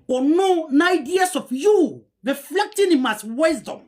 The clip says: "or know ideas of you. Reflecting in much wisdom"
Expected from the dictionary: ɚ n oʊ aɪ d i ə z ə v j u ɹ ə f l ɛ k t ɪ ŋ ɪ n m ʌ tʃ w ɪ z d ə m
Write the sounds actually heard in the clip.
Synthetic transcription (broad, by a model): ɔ n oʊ aɪ d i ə s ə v j u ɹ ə f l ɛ k t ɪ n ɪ m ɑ s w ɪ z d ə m